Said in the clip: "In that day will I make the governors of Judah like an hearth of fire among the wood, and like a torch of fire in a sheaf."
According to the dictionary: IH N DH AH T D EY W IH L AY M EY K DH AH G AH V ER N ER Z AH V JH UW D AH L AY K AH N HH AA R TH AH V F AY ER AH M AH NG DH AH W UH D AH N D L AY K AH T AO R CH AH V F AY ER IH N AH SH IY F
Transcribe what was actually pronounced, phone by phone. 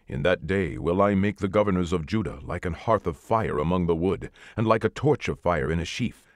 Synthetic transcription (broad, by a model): IH N DH AH T D EY W IH L AY M EY K DH AH G AH V ER N ER Z AH V JH UW D AH L AY K AH N HH AA R TH AH V F AY ER AH M AH NG DH AH W UH D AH N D L AY K AH T AO R CH AH V F AY ER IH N AH SH IY F